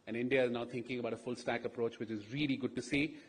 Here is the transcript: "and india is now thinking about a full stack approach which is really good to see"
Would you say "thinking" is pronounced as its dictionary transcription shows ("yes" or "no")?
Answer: no